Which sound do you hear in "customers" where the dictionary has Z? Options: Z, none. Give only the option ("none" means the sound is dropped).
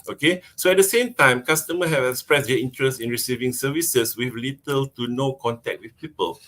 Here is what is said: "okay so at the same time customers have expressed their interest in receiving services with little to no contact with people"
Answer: none